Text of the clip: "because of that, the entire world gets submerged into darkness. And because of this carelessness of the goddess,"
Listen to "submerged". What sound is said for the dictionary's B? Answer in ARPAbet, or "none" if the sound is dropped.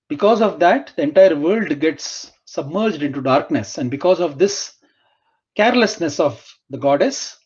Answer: B